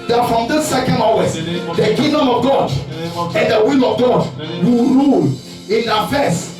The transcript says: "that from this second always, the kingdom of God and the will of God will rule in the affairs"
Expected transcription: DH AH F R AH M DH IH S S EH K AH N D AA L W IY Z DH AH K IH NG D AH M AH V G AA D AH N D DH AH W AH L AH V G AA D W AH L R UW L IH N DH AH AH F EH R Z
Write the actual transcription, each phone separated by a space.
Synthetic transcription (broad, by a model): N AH F R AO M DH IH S S EH K AH N D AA W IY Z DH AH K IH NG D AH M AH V G AA D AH N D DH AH W AH L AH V G AA D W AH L R UW L IH N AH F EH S